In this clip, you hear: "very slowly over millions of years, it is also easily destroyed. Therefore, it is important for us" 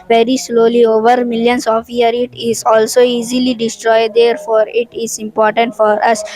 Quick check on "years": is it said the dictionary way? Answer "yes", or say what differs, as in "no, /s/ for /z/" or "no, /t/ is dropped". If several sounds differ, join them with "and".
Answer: no, /z/ is dropped